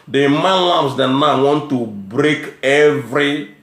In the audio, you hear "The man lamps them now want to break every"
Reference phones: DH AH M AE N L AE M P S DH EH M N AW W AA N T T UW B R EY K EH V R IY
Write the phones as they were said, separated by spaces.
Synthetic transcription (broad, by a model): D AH M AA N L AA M S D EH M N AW W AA N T T UW B R EY K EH V R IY